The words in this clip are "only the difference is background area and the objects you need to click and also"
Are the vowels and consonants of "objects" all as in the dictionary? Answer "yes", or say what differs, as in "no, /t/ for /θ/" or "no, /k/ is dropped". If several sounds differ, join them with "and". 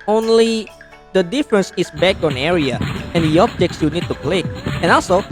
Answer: yes